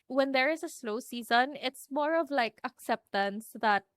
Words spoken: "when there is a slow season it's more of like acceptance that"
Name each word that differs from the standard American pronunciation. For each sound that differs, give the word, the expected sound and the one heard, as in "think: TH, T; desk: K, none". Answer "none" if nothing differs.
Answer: none